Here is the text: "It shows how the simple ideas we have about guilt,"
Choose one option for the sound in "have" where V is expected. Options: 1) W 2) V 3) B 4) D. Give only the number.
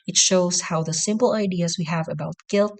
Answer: 2